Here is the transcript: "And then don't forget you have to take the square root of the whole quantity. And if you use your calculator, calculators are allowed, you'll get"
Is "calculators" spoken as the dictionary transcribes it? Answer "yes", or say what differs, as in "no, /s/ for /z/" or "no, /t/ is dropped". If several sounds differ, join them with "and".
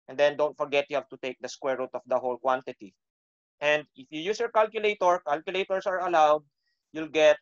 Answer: no, /s/ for /z/